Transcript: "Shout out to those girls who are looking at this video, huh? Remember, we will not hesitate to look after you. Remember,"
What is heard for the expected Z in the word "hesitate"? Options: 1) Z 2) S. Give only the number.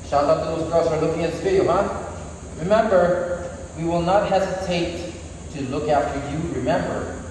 1